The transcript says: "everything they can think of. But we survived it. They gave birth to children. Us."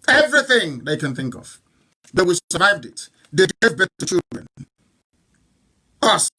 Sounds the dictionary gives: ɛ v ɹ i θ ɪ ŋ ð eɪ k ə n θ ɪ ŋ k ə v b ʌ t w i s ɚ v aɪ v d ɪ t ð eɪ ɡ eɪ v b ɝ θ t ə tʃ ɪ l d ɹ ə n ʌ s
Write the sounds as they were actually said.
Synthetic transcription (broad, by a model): ɛ v ɹ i θ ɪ ŋ ð eɪ k ə n θ ɪ ŋ k ə v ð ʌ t w i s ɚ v aɪ v d ɪ t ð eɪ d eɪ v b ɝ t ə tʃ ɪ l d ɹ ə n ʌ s